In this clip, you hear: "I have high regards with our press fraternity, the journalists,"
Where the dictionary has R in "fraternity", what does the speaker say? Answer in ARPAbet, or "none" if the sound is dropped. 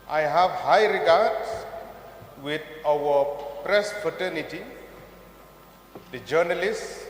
none